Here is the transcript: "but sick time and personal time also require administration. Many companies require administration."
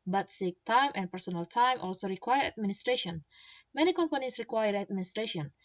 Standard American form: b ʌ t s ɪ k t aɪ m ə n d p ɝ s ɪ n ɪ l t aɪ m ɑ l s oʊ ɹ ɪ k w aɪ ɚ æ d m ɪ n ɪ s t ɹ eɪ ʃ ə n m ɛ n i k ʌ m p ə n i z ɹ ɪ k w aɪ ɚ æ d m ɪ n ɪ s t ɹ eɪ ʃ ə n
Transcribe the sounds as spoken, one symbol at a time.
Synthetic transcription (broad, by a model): b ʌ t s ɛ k t aɪ m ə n p ɝ s ɪ n ɪ l t aɪ m ɑ l s oʊ ɹ ɪ k w aɪ ɚ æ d m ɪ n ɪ s t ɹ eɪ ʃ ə n m ɛ n i k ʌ m p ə n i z ɹ ɪ k w aɪ ɚ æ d m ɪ n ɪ s t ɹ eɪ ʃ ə n